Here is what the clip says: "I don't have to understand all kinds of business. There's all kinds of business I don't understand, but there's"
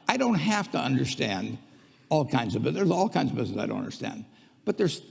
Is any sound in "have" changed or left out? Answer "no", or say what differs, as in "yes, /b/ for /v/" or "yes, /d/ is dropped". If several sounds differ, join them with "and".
yes, /f/ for /v/